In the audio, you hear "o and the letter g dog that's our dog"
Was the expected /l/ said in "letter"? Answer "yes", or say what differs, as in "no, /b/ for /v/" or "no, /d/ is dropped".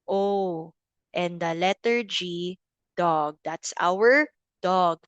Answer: yes